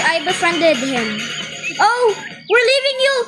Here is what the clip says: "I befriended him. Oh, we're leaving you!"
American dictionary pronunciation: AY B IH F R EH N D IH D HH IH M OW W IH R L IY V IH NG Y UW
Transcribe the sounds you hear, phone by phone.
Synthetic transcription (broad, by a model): AY B IH F R EH N D IH D HH IH M OW W IH R L IY V IH NG Y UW